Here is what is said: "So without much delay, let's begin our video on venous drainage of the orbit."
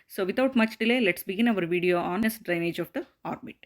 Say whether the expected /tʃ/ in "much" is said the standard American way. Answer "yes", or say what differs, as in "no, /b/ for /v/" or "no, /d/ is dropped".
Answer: yes